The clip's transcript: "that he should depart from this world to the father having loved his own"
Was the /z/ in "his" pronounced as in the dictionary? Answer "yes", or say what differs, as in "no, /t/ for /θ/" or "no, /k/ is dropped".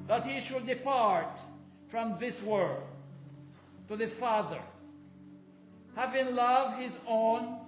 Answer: yes